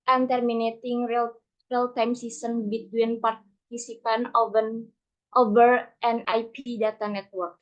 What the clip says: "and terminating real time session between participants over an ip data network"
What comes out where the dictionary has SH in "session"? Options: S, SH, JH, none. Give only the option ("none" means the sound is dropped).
S